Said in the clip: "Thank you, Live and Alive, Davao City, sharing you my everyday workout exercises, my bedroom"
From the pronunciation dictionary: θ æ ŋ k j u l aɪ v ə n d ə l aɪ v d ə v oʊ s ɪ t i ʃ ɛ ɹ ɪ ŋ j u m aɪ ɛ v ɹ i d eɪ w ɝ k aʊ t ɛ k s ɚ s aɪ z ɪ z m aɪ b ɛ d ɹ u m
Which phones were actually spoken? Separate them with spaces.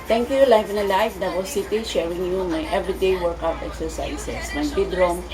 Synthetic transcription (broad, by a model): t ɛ ŋ k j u l aɪ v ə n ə l aɪ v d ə w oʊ s ɪ t i ʃ ɛ ɹ ɪ ŋ j u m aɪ ɛ v ɹ i d eɪ w ɝ k aʊ t ɛ k s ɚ s aɪ s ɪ s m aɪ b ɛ d ɹ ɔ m